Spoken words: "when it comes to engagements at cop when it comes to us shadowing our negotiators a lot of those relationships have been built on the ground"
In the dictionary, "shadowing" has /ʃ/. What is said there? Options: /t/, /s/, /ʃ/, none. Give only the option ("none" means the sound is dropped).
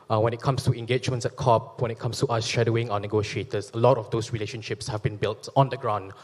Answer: /ʃ/